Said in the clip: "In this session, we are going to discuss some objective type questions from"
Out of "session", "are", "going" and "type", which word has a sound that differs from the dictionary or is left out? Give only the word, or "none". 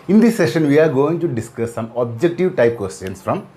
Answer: none